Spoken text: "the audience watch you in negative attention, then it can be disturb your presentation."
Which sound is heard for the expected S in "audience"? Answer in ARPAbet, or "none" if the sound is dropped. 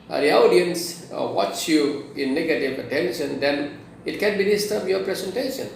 S